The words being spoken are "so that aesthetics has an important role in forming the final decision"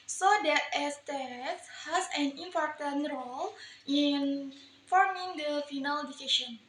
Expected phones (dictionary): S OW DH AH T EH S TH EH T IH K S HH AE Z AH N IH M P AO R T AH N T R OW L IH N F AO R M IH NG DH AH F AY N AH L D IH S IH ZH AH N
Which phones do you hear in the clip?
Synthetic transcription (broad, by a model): S OW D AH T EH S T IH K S HH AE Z AH N IH M P AO R T AH N T R OW L IH N F AO R M IH NG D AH F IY N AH L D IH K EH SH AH N